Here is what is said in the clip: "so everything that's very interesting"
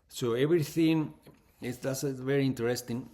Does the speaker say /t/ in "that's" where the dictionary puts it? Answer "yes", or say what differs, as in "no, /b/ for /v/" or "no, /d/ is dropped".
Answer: no, /s/ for /t/